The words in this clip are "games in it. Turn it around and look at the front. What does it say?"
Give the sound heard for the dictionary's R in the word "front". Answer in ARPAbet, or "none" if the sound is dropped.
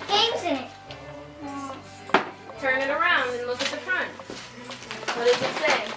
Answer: R